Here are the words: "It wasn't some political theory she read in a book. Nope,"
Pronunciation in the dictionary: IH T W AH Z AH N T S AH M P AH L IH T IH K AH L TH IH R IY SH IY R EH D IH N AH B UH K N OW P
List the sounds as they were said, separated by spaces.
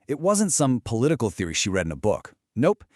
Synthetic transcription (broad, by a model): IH T W AH Z AH N T S AH M P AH L IH T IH K L TH IH R IY SH IY R EH D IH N AH B UH K N OW P